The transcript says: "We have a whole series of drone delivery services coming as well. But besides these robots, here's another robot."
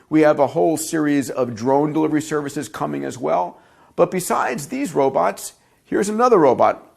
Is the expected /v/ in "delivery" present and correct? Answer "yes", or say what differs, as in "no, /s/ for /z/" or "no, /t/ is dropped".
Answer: yes